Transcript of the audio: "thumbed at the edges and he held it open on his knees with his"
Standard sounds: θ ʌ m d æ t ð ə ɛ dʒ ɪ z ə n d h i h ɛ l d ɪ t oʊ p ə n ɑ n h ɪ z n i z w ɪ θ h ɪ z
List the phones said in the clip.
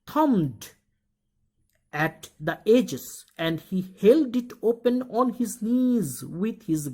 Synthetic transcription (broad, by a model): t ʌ m d æ t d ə ɛ dʒ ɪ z ə n d h i h ɛ l d ɪ t oʊ p ə n ɑ n h ɪ z n i z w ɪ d h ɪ z